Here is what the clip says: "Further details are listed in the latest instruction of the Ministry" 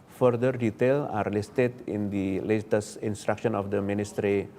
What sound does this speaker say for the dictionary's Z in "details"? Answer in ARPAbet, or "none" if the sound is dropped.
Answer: none